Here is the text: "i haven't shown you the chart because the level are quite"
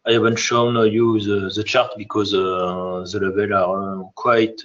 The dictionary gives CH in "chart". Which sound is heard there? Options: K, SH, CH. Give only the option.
CH